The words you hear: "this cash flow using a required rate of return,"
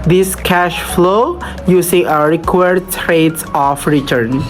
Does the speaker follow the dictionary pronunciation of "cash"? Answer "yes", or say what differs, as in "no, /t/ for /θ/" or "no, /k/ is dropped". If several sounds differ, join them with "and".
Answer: yes